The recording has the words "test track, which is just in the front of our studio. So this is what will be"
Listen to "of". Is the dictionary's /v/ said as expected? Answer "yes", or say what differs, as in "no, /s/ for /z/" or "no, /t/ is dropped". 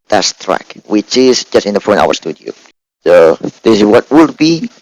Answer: no, /w/ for /v/